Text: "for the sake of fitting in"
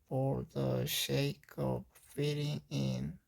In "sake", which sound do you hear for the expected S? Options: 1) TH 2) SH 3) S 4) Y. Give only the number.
2